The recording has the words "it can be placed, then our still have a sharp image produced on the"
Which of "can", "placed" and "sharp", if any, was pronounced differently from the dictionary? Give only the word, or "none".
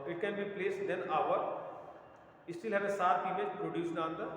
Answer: sharp